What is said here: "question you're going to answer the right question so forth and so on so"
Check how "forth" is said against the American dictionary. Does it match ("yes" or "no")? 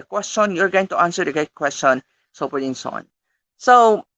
no